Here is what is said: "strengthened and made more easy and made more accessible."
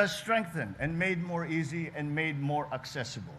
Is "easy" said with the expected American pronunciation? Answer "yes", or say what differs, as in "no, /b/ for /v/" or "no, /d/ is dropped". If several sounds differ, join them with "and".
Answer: yes